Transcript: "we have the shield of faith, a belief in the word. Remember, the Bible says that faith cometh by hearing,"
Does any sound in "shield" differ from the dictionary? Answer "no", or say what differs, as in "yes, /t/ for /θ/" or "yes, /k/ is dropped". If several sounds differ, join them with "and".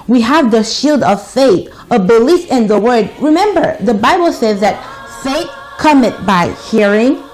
no